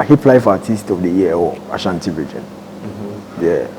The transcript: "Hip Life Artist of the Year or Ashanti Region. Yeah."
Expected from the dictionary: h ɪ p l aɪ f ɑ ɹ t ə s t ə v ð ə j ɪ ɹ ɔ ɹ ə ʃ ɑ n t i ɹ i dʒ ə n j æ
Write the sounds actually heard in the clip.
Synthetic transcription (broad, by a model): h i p l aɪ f ɑ t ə s t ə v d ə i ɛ l ə ʃ ɑ n t i ɹ i dʒ ə n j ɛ